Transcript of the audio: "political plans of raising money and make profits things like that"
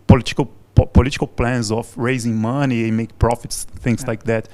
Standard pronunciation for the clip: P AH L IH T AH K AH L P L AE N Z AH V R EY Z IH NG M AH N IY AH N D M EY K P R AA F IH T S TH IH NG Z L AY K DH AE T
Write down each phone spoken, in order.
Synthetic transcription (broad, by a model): P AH L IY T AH K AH L P L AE N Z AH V R EY Z IH NG M AH N IY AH M EY K P R AA F IH T S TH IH NG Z L AY K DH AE T